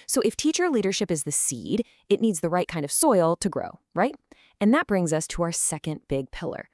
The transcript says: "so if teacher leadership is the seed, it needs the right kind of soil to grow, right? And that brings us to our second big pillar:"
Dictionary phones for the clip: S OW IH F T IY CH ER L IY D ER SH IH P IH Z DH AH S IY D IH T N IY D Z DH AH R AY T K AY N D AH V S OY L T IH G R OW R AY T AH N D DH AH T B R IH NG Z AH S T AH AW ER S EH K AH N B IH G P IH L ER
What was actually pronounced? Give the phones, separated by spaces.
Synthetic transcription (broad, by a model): S OW IH F T IY CH ER L IY D ER SH IH P IH Z DH AH S IY D IH T N IY D Z DH AH R AY T K AY N D AH V S OY L T IH G R OW R AY T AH N DH AH T B R IH NG Z AH S T AH AW ER S EH K AH N B IH G P IH L ER